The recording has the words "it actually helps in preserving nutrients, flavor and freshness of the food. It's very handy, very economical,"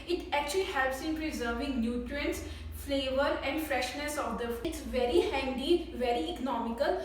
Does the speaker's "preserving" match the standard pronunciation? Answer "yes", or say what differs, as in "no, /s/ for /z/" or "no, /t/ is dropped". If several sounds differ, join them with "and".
yes